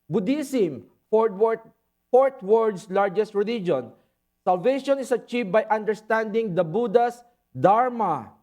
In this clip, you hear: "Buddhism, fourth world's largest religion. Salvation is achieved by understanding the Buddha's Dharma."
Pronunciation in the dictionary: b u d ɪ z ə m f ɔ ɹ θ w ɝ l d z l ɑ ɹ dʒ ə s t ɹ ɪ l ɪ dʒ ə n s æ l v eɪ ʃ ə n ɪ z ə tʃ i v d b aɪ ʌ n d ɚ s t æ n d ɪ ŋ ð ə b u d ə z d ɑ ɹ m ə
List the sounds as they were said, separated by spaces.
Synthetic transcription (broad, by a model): b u d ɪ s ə m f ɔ ɹ t w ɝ d s l ɑ ɹ dʒ ə s t ɹ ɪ l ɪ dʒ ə n s æ l v eɪ ʃ ə n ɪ s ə tʃ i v b aɪ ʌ n d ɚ s t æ n d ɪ ŋ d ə b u d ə s d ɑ ɹ m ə